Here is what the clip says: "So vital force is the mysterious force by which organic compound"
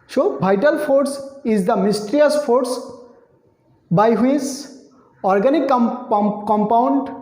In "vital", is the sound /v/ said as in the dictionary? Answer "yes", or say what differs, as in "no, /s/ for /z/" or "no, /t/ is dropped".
no, /b/ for /v/